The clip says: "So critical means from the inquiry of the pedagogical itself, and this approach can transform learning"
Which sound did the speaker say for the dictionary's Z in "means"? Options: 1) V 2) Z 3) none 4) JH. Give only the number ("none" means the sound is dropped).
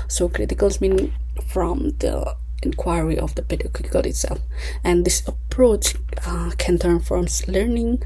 3